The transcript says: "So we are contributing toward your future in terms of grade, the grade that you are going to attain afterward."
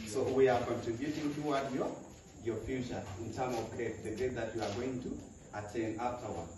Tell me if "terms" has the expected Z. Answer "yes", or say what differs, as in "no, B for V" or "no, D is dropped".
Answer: no, Z is dropped